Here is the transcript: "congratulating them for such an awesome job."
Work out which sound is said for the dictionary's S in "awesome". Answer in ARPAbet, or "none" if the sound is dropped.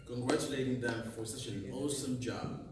S